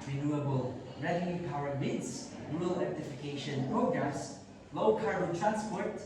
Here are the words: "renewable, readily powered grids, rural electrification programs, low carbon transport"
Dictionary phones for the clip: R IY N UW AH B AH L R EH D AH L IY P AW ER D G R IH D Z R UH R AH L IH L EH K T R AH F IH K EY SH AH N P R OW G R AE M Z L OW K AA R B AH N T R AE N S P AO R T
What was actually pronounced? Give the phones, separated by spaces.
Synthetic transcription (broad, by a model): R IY N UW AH B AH L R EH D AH N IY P AW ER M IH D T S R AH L L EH T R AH F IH K EY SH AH N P R OW G R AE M S L OW K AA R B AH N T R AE N S P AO R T